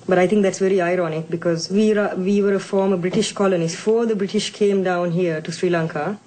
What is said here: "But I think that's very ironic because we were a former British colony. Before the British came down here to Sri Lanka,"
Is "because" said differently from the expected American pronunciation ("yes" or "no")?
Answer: no